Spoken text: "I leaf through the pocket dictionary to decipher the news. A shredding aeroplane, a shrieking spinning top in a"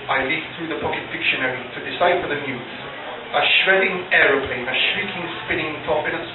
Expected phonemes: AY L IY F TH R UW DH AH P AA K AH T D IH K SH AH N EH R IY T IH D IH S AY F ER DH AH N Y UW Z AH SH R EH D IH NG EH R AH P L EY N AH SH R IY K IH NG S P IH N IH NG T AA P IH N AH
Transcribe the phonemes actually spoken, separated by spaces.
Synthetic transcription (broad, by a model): AY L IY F TH R UW DH AH P AA K AH T D IH K SH AH N EH R IY T IH D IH S AY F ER DH AH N Y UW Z AH SH R EH D IH NG EH R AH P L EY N AH SH R IY K IH NG S P IH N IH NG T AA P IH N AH